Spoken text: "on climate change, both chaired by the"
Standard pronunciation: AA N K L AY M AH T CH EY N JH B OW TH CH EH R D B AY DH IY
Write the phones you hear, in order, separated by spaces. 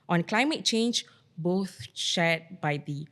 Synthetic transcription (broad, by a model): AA N K L AY M AH T CH EY N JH B OW TH SH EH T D B AY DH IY